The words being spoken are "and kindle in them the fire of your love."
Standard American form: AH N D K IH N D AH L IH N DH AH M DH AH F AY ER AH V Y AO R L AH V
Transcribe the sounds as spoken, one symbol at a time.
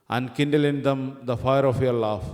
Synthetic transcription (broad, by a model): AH N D K IH N D AH L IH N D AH M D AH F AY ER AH F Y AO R L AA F